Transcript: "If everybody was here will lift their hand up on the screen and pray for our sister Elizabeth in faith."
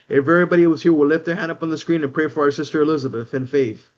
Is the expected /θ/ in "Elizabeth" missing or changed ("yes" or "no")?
no